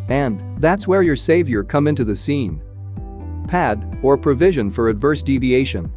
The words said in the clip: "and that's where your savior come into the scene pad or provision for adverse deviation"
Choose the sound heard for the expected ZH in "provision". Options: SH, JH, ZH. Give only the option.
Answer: ZH